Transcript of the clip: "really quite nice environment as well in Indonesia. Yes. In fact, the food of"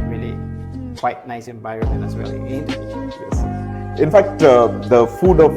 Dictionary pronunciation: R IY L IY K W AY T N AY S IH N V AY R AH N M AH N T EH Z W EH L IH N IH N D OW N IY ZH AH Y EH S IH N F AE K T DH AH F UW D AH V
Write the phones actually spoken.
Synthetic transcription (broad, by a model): R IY L IY K W AY T N AY S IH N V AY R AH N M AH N EH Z W EH L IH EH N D Y EH S IH N F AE K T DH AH F UW D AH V